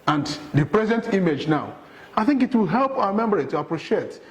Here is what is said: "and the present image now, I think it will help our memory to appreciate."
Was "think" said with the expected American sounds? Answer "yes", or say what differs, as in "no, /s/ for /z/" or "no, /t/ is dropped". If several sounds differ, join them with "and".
yes